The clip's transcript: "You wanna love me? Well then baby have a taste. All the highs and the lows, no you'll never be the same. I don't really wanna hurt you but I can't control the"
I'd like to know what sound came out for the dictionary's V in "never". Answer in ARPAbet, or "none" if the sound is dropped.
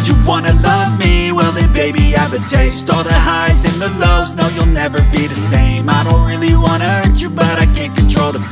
V